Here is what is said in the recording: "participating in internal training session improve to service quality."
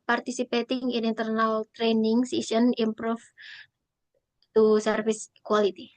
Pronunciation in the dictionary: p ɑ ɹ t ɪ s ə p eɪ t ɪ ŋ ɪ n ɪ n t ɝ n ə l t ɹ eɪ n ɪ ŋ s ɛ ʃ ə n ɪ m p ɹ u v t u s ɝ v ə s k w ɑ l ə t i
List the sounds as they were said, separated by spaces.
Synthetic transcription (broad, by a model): p ɑ ɹ t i s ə p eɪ t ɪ ŋ ɪ n ɪ n t ɝ n ə l t ɹ eɪ n ɪ ŋ s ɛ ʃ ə n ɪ m p ɹ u f t u s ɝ f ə s k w ɑ l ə t i